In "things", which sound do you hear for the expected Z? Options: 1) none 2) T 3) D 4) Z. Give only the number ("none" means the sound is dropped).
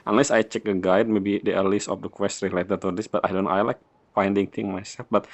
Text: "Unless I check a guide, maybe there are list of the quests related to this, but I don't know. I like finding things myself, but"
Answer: 1